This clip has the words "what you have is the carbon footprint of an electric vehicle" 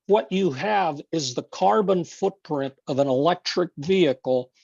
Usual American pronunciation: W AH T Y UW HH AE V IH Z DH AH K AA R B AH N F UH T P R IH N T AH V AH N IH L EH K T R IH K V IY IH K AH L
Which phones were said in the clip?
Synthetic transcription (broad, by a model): W AH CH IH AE V IH Z DH AH K AA R B AH N F UH T P R IH N T AH V AH N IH L EH K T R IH K V IY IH K L